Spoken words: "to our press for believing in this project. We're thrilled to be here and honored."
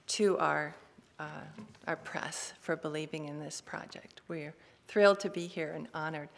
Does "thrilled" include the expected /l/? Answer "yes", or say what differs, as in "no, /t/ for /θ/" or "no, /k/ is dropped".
yes